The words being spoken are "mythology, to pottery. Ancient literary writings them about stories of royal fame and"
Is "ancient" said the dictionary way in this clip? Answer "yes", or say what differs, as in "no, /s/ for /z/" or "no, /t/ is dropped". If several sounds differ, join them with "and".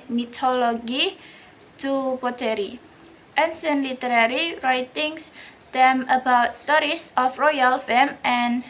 no, /s/ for /ʃ/